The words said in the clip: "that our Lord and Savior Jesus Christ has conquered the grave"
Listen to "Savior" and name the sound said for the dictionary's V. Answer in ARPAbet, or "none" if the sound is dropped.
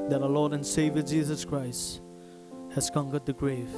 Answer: V